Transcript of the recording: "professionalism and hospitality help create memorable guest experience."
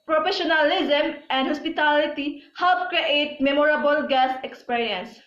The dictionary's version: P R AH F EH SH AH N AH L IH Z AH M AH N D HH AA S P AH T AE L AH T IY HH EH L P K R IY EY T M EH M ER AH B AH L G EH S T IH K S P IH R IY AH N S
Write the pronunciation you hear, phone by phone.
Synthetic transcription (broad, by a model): P R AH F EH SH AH N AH L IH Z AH M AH N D HH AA S P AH T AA L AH T IY HH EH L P K R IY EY T M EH M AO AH B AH L G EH S IH K S P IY R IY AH N S